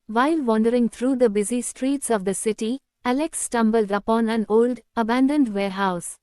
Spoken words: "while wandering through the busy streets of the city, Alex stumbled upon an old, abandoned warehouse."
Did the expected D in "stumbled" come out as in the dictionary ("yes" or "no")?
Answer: yes